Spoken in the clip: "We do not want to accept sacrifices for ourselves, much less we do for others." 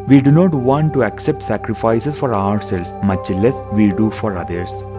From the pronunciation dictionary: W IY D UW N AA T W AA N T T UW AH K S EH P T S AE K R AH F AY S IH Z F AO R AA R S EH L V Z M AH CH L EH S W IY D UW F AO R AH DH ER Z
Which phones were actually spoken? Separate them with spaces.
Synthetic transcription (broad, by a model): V IY D UW N AA T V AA N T T UW AH K S EH P T S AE K R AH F AY S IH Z F AO R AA R S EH L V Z M AH CH L EH S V IY D UW F AO R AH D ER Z